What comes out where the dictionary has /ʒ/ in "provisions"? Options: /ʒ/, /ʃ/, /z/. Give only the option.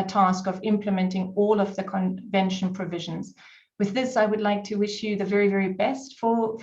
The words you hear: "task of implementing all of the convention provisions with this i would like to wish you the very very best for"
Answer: /ʒ/